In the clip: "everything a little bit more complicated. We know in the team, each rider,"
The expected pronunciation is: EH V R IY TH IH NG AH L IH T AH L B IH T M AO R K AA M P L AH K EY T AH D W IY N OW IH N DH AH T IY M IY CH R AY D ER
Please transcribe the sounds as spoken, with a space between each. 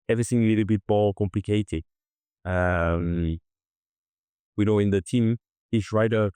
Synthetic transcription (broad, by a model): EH V R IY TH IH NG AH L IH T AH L B IH T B AO L K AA M P L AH K EY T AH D W IY N OW IH N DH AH T IY M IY S R AY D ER